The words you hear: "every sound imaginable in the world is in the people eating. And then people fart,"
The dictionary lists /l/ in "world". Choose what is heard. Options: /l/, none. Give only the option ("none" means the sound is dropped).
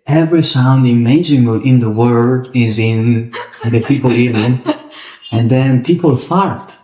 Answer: none